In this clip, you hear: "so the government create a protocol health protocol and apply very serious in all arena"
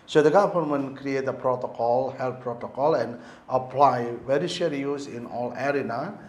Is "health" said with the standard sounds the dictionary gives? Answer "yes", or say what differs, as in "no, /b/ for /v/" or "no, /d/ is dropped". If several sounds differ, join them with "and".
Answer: no, /t/ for /θ/